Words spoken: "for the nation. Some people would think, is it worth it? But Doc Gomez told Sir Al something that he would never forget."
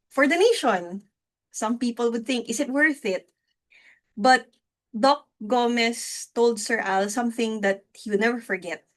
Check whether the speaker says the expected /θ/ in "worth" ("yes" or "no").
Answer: yes